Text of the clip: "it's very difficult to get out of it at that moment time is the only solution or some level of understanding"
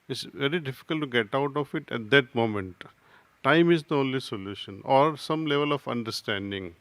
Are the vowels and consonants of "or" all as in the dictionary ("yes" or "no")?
yes